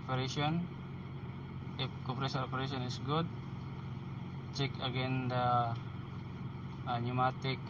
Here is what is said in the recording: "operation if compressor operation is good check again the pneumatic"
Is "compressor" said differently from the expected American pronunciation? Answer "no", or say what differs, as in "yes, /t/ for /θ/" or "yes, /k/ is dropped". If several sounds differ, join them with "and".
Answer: yes, /m/ is dropped